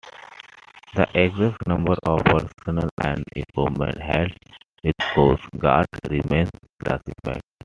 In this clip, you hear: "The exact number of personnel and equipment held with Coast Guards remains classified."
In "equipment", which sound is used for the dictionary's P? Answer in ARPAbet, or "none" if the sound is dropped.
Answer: none